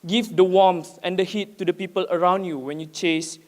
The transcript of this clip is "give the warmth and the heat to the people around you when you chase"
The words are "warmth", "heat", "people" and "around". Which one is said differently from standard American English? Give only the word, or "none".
warmth